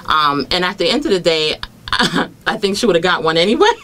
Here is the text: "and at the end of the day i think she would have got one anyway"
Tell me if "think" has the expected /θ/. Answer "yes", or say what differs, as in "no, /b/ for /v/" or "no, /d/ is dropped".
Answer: yes